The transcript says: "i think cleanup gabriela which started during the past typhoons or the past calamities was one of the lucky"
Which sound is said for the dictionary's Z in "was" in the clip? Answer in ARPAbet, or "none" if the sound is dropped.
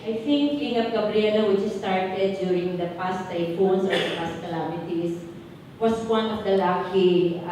S